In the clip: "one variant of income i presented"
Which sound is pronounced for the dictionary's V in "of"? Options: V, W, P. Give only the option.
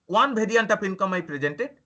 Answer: P